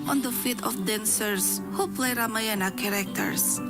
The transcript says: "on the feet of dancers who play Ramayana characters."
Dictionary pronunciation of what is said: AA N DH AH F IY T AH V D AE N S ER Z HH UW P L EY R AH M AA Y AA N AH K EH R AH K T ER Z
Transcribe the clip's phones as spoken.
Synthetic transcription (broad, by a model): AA N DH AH F IY T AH F D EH N S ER S HH UW P L EY R AH M AA Y AA N AH K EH R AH K T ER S